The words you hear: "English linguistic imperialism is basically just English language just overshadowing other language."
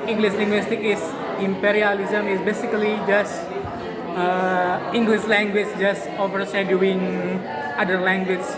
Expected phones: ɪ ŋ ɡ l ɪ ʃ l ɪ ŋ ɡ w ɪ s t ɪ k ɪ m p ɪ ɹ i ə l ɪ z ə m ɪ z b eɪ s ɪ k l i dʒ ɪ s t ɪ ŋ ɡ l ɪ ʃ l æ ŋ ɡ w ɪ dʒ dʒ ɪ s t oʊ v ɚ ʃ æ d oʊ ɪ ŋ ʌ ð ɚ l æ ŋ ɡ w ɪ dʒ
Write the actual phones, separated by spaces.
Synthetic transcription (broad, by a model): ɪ ŋ ɡ l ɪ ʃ l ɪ ŋ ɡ w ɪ s t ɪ k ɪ m p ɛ ɹ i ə l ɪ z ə m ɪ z b eɪ s ɪ k l i dʒ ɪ s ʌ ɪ ŋ ɡ l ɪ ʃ l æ ŋ ɡ w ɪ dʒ dʒ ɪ s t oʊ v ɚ s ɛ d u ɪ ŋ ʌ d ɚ l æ ŋ ɡ w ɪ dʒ